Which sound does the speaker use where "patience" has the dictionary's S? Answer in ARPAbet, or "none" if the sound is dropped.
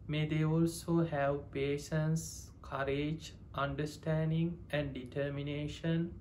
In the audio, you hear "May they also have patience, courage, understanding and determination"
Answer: S